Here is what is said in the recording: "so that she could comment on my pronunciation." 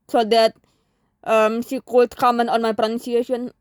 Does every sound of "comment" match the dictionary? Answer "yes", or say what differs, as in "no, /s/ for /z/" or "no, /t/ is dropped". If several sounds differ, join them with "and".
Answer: no, /t/ is dropped